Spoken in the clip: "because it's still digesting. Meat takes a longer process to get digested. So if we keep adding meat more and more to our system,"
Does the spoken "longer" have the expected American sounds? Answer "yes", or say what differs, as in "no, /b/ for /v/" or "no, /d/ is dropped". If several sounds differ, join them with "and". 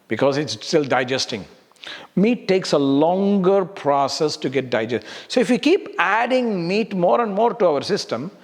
yes